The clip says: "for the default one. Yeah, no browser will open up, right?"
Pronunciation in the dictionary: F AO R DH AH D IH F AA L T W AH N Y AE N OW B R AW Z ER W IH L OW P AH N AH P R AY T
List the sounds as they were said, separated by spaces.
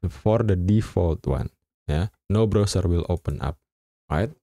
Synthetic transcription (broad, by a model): F AO R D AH D IH F AA L T W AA N Y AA N OW B R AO S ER W IH L OW P AH N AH P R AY T